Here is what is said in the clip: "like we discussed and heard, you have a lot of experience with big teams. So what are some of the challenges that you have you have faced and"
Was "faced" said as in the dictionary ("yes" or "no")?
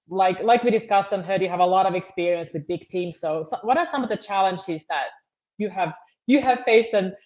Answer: no